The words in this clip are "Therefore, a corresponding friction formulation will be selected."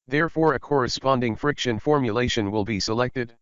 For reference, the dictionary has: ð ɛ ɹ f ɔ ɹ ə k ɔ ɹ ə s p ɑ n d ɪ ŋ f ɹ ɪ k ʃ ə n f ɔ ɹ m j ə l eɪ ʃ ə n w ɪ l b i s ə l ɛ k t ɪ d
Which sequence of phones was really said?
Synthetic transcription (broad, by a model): ð ɛ ɹ f ɔ ɹ ə k ɔ ɹ ə s p ɑ n d ɪ ŋ f ɹ ɪ k ʃ ə n f ɔ ɹ m j ə l eɪ ʃ ə n w ɪ l b i s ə l ɛ k t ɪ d